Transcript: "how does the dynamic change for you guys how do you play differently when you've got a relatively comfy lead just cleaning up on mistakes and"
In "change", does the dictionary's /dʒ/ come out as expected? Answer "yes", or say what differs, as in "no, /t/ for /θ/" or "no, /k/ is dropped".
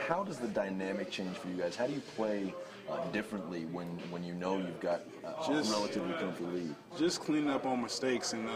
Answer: no, /ʒ/ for /dʒ/